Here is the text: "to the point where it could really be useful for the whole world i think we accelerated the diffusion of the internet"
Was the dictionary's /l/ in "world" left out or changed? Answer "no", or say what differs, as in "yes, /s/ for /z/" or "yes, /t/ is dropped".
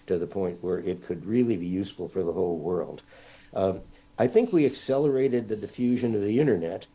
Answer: no